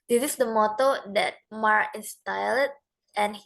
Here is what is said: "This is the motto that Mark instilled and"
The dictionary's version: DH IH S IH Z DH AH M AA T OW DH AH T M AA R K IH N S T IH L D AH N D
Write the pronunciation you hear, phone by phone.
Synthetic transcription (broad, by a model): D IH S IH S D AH M AA T OW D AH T M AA R IH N S T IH L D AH N